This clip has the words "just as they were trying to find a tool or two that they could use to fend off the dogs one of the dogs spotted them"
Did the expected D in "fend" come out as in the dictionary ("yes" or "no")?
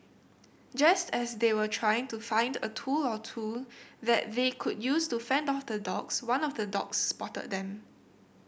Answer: yes